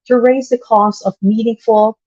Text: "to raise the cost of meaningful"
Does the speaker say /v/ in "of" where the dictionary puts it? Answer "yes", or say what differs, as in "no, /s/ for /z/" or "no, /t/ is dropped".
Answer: yes